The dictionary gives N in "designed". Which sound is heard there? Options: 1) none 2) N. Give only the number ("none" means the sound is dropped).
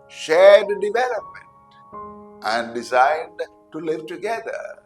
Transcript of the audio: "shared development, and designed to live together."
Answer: 1